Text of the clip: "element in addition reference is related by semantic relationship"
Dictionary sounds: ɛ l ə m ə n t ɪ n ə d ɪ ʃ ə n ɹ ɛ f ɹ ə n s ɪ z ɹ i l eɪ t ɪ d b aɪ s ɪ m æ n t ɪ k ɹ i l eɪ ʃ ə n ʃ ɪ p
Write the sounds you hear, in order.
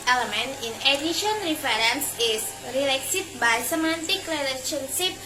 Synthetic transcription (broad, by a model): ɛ l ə m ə n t ɪ n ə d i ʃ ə n ɹ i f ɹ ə n s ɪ s ɹ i l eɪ s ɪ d b aɪ s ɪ m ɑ n t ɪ k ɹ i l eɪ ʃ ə n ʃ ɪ p